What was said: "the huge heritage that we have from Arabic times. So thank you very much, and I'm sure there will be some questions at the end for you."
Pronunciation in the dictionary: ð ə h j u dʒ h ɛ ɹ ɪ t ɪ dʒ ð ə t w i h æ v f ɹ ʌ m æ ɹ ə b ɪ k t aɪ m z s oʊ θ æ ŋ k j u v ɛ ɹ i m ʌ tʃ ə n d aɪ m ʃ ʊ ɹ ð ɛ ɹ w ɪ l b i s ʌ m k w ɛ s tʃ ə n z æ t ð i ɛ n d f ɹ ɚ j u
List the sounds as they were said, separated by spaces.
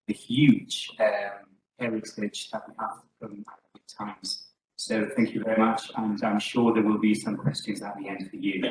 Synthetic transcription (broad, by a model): ð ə h j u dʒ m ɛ ɹ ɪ s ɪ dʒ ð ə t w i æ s f ɹ ʌ m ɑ ə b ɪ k t aɪ m z s oʊ θ æ ŋ k j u v ɛ ɹ i m ʌ tʃ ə n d aɪ m ʃ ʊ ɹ ð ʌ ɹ w ɪ l b i s ʌ m k w ɛ s tʃ ə n z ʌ t ð i ɛ n d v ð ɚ j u